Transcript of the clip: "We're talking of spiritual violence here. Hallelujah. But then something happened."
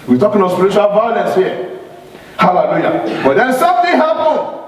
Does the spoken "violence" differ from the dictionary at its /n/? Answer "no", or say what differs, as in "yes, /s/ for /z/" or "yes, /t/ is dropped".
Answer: yes, /n/ is dropped